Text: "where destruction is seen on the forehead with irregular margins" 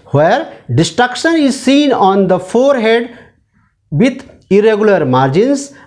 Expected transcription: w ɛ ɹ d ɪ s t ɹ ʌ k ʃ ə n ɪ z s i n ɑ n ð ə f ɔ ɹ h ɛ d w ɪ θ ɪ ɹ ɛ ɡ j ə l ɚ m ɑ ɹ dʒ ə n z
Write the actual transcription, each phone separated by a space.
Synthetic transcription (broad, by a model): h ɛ ɹ d ɪ s t ɹ ʌ k ʃ ə n ɪ z s i n ɑ n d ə f ɔ ɹ h ɛ d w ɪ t ɪ ɹ ɛ ɡ j ə l ɚ m ɑ ɹ dʒ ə n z